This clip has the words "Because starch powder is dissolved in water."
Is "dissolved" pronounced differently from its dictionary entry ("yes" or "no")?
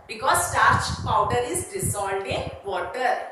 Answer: yes